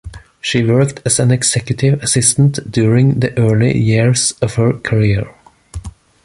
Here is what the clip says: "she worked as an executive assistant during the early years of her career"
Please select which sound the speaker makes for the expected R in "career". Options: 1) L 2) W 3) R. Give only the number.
3